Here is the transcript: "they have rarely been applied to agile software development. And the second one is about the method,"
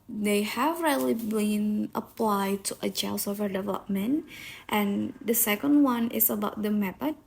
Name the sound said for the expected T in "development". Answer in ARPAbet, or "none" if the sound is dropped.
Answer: T